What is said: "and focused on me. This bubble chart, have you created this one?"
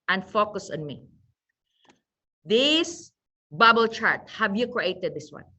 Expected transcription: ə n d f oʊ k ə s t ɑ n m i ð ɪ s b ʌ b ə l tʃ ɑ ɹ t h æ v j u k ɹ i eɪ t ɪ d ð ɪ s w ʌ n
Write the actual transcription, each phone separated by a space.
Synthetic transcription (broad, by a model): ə n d f oʊ k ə s ɑ n m i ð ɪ s b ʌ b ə l tʃ ɑ ɹ t h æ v j u k ɹ i eɪ t ɪ d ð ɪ s w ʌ n